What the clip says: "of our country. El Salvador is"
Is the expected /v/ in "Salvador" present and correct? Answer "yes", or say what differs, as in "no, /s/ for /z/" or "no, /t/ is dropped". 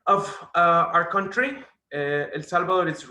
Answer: no, /b/ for /v/